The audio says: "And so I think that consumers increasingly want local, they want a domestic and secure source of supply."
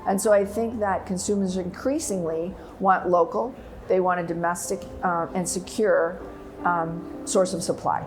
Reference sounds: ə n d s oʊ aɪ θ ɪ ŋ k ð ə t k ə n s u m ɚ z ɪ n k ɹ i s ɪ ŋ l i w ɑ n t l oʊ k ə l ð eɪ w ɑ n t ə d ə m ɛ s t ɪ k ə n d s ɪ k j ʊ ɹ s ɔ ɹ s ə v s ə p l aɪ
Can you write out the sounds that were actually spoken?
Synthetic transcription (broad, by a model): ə n s oʊ aɪ θ ɪ ŋ k ð ə t k ə n s u m ɚ z ɪ n k ɹ i s ɪ ŋ l i w ɑ n t l oʊ k l ð eɪ w ɑ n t ə d ə m ɛ s t ɪ k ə n s ɪ k j ʊ ɹ s ɔ ɹ s ə v s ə p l aɪ